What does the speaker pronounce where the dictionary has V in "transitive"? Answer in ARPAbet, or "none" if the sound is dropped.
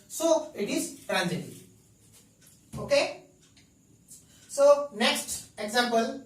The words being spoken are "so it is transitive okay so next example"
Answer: none